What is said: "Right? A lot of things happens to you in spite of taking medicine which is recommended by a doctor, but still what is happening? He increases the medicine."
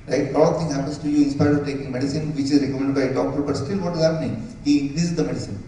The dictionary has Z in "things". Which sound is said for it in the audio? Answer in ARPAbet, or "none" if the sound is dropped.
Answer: none